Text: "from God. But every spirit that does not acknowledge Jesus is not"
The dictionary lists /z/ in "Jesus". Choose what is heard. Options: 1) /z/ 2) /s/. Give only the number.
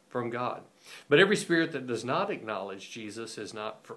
1